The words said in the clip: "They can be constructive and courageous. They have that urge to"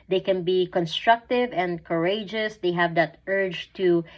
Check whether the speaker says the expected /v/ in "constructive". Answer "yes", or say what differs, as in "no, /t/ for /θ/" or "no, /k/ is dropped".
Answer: yes